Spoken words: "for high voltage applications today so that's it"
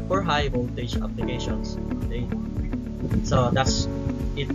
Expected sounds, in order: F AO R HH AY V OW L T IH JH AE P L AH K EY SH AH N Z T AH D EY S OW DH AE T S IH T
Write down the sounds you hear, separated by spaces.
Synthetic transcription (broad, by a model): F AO R HH AY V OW N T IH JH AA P L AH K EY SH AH N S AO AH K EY S OW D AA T S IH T